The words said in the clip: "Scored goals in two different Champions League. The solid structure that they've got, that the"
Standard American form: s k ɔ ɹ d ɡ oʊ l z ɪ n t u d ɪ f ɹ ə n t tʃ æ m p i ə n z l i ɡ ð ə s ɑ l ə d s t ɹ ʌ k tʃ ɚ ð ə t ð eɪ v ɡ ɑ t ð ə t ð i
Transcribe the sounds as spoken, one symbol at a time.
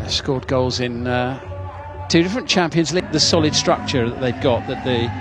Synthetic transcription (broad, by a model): s k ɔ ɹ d ɡ oʊ l z ɪ n t u d ɪ f ɹ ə n tʃ æ m p i ə n z l i ɡ ð ə s ɑ l ə d s t ɹ ʌ k tʃ ɚ ð ə t ð eɪ v ɡ ɑ t ð ə t ð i